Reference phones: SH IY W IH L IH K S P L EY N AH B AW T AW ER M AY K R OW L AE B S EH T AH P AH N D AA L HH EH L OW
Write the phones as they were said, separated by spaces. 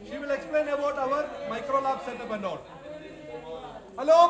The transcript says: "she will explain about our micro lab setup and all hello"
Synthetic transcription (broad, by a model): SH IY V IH L IH K S P L EY N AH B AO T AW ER M AY K R OW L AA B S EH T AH B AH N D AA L HH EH L OW